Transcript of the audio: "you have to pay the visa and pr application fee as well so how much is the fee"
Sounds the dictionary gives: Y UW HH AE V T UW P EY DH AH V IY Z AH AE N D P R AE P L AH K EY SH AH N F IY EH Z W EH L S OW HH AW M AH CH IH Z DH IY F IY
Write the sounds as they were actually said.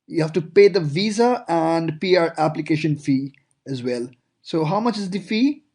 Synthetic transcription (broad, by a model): Y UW HH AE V T UW P EY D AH V IY Z AH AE N D P R AE P L AH K EY SH AH N F IY EH Z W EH L S OW HH AW M AH CH IH Z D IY F IY